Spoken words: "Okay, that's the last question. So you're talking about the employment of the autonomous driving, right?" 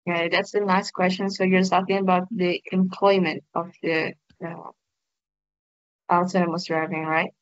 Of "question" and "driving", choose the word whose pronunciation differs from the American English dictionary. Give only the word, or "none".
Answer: none